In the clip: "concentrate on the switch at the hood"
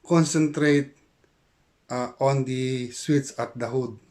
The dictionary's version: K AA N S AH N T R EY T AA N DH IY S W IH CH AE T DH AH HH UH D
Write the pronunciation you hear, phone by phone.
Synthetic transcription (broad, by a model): K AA N S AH N T R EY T AA N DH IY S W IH S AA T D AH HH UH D